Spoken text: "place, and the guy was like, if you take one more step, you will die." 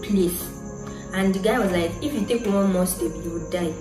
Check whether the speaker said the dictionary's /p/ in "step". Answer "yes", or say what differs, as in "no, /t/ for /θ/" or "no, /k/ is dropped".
no, /b/ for /p/